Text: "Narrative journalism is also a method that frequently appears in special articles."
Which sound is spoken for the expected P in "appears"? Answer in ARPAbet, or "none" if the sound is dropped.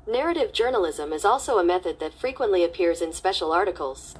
P